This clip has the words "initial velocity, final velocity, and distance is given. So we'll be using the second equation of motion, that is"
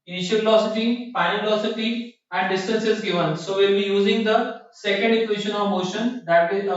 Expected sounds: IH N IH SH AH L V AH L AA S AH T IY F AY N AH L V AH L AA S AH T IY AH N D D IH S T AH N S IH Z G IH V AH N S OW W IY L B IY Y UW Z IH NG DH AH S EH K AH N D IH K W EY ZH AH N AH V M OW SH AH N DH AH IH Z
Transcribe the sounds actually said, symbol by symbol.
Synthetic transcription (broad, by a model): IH N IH SH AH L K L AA S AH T IY P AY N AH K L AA S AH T IY AH N D D IH S T AH N S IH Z G IH V AH N S OW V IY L B IY Y UW Z IH NG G AH S EH K AH N D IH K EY SH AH N AH V M OW SH AH N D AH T